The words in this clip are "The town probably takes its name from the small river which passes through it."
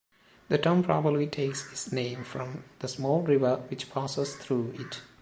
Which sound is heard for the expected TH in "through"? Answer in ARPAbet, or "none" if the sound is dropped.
T